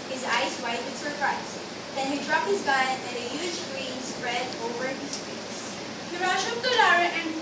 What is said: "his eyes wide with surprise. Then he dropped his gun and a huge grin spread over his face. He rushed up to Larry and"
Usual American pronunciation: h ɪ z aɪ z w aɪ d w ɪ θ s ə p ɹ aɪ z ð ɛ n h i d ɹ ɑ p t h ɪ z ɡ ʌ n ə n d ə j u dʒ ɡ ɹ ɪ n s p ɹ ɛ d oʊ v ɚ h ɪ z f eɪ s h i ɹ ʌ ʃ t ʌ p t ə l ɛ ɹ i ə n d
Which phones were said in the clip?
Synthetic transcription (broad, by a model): h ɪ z aɪ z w aɪ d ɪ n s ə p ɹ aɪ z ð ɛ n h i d ɹ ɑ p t h ɪ z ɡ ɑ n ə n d ə j u dʒ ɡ ɹ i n s p ɹ ɛ d oʊ v ɚ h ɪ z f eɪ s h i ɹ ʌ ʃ ʌ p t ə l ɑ ɹ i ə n